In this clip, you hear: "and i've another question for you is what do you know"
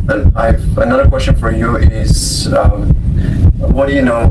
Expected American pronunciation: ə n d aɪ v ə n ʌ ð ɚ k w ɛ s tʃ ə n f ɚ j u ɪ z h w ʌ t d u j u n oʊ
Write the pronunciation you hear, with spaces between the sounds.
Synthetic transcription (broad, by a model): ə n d aɪ v ə n ʌ ð ɚ k w ɛ s tʃ ə n f ɚ j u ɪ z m w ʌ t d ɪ j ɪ n oʊ